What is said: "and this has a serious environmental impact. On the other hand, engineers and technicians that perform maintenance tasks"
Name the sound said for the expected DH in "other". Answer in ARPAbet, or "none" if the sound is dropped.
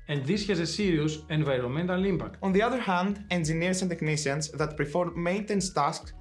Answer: DH